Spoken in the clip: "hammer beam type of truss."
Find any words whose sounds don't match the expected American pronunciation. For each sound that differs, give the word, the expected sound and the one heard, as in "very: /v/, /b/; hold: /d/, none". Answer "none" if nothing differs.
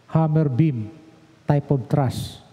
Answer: of: /v/, /b/